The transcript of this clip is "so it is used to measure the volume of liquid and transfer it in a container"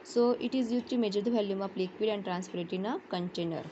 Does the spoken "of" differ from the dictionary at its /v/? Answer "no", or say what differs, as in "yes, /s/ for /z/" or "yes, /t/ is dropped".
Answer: yes, /p/ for /v/